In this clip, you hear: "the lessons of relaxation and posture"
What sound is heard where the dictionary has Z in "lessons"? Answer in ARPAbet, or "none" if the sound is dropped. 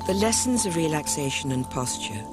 Z